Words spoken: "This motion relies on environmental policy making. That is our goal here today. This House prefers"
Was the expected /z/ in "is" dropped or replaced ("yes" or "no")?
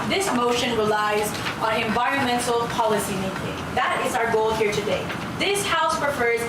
no